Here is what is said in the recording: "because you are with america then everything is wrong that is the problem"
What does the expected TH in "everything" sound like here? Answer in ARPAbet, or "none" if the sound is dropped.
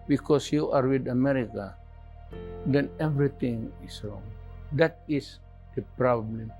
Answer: T